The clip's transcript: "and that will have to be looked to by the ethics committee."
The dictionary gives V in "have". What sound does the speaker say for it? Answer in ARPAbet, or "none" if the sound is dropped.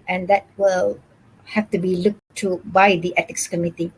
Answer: F